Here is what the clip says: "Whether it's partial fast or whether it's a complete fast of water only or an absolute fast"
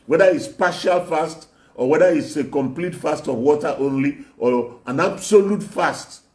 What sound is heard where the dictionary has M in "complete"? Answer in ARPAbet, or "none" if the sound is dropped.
M